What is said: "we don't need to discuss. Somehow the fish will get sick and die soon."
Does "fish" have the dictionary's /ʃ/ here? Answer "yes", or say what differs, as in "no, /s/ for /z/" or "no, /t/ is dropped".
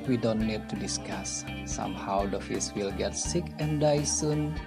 no, /s/ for /ʃ/